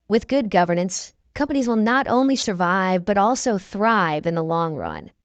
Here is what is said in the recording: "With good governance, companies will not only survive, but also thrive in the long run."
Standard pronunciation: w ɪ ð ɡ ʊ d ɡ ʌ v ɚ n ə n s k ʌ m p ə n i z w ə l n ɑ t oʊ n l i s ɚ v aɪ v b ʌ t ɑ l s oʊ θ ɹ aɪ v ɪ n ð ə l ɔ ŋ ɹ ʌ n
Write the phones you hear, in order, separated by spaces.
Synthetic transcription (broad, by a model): w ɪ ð ɡ ʊ d ɡ ʌ v ɚ n ə n s k ʌ m p ə n i z w ə l n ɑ t oʊ n l i s ɚ v aɪ v b ʌ t ɑ l s oʊ θ ɹ aɪ v ɪ n ð ə l ɔ ŋ ɹ ʌ n